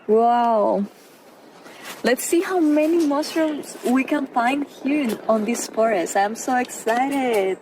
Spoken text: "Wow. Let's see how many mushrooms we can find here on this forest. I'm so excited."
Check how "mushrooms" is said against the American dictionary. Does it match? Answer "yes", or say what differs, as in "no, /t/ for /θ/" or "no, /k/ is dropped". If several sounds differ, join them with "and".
no, /s/ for /ʃ/